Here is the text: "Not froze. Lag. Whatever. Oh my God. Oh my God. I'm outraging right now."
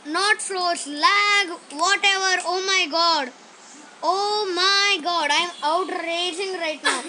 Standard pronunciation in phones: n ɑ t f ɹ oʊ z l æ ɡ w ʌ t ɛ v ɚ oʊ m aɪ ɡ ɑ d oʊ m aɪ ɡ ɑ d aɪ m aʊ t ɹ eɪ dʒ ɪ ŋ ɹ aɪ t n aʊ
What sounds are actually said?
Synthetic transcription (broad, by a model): n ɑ t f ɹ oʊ s l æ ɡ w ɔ t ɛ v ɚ oʊ m aɪ ɡ ɑ d oʊ m aɪ ɡ ɑ d aɪ m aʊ t ɹ eɪ dʒ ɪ ŋ ɹ aɪ t n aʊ